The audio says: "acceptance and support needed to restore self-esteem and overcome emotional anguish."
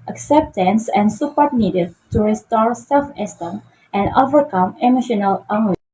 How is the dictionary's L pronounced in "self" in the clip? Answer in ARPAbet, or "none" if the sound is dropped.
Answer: L